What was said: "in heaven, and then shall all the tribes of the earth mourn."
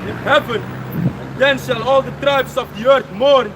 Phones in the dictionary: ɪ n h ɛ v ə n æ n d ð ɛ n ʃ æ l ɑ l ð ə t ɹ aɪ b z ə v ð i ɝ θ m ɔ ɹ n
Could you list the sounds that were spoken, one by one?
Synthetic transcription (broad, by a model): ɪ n h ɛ v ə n n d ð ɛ n ʃ æ l ɑ l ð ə t ɹ aɪ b s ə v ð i ɝ θ m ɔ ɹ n